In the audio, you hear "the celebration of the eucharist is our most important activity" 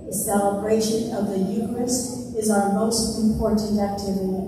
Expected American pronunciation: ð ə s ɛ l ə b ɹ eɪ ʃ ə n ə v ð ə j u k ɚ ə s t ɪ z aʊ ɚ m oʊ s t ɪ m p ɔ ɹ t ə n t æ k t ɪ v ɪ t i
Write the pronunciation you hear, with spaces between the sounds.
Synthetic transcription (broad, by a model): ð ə s ɛ l ə b ɹ eɪ ʃ ə n ə v ð ə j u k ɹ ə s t ɪ z aʊ ɚ m oʊ s t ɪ m p ɔ ɹ t n t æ k t ɪ v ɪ t i